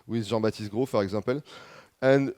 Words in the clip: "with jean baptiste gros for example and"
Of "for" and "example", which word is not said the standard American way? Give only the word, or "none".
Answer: example